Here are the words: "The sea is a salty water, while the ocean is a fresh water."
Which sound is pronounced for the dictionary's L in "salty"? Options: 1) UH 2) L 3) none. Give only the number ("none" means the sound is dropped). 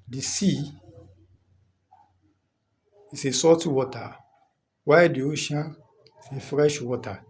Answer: 3